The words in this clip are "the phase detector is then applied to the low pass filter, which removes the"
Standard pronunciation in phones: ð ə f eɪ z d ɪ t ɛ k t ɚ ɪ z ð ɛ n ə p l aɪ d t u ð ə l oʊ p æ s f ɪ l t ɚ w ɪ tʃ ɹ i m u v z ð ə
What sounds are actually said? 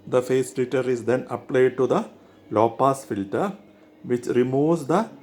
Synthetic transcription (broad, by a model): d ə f eɪ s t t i t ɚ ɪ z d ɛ n ə p l aɪ d t u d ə l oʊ p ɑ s f ɪ l t ɚ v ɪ tʃ ɹ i m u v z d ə